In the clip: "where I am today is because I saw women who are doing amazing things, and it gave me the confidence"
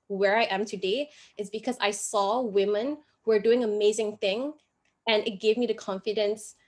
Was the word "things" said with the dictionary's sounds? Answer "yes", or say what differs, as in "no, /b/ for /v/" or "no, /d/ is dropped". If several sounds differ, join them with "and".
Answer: no, /z/ is dropped